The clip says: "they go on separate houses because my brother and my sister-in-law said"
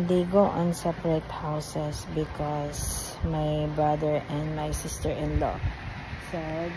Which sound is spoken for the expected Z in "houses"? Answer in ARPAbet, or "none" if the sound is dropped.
S